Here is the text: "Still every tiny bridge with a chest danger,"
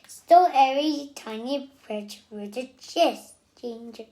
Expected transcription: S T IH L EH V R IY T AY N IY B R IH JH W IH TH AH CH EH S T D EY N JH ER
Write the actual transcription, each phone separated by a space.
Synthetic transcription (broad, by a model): S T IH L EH R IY T AY N IY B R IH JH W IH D AH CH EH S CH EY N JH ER